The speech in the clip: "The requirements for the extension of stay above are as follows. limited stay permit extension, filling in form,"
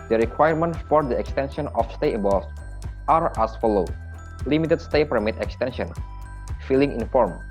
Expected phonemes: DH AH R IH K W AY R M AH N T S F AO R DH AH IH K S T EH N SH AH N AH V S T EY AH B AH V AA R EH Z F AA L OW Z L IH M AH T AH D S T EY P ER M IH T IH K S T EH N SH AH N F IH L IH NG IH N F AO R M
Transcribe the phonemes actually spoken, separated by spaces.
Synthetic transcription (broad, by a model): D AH R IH K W AY R M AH N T F AO R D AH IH K S T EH N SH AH N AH F S T EY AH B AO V AA R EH S F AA L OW L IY M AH T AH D S T EY P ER M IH T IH K S T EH N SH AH N F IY L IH NG IH N F AO R M